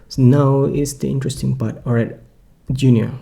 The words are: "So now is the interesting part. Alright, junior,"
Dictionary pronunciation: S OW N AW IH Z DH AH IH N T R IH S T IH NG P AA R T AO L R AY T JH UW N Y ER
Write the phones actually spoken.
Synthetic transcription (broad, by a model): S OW N AW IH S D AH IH N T R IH S T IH NG P AA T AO R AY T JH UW N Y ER